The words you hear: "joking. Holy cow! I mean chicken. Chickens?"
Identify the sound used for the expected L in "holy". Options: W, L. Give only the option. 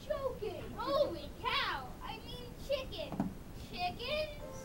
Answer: W